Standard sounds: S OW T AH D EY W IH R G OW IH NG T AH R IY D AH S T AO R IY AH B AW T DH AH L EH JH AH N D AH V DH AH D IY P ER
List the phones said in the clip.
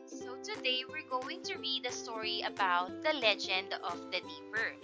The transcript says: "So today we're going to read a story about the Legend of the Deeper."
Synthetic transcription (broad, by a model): S OW T AH D EY W IH R G OW IH NG T AH R IY D AH S T AO R IY AH B AW T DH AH L EH JH AH N D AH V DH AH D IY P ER